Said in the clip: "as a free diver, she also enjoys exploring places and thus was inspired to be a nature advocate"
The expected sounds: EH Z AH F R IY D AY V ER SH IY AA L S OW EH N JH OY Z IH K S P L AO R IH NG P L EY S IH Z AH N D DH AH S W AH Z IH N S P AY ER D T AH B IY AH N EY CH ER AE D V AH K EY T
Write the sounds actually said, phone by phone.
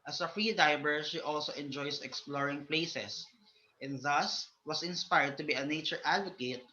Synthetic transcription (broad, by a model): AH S AH F R IY D AY B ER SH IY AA L S OW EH N JH OY S IH K S P L AO R IH NG P L EY S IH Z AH N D DH AH S W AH S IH N S P AY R D T AH B IY AH N EY CH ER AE D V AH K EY T